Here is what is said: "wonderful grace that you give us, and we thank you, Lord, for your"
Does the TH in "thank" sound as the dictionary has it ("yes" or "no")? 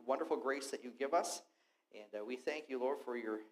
yes